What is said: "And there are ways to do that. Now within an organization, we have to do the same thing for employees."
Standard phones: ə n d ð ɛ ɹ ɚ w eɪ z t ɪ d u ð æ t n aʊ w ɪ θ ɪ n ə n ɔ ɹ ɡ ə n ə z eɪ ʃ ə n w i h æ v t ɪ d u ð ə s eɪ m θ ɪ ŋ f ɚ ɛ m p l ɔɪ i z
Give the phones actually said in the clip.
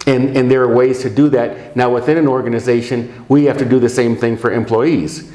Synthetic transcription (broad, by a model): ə n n ð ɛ ɹ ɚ w eɪ z t ɪ d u ð æ t n aʊ w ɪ θ ɪ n ə n ɔ ɹ ɡ ə n ə z eɪ ʃ ə n w i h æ f t ɪ d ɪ ð ə s eɪ m θ ɪ ŋ f ɚ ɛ m p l ɔɪ i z